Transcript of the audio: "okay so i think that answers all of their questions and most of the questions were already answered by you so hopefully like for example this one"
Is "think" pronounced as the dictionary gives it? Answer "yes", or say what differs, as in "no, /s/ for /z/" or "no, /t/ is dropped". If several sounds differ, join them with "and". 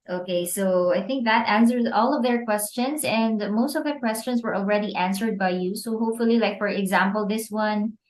yes